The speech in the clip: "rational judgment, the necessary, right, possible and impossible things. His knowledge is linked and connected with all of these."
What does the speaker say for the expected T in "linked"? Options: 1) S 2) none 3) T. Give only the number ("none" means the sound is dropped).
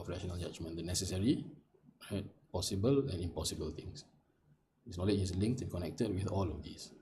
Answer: 3